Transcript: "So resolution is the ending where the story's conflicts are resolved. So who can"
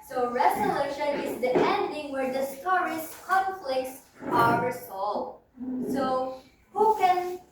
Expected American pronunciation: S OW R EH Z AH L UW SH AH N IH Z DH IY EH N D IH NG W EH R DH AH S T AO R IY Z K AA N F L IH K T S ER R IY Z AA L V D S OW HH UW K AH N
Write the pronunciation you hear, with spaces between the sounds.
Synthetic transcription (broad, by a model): S OW R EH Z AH L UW SH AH N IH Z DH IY EH N D IH NG W EH R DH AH S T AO R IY S K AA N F L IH K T S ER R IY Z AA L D S OW HH UW K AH N